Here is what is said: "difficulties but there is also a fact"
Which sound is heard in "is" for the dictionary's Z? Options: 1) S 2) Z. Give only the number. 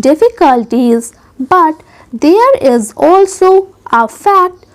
2